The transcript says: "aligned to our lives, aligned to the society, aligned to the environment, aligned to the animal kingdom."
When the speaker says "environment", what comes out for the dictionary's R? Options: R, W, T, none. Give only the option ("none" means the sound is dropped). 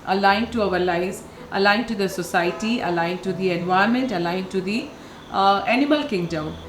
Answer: none